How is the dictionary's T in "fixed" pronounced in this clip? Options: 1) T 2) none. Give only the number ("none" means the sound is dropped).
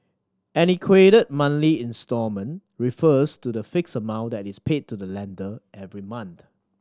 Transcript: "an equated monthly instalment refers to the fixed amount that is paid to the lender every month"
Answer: 2